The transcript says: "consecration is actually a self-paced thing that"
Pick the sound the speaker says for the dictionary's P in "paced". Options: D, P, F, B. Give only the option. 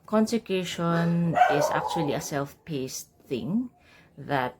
P